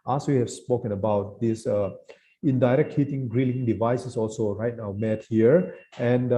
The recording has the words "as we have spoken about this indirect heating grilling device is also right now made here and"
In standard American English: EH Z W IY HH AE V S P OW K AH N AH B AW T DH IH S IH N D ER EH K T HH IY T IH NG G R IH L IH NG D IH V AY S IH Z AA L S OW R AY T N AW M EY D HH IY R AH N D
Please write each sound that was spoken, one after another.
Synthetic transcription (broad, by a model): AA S W IY HH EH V S P OW K AH N AH B AW T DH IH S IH N D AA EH K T HH IY T IH NG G R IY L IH NG D IH V AY S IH S AA L S OW R AY T N AW M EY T HH IY R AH N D